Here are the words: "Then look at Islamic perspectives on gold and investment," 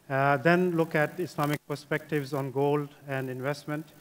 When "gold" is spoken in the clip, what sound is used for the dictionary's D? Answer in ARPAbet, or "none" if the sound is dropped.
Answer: D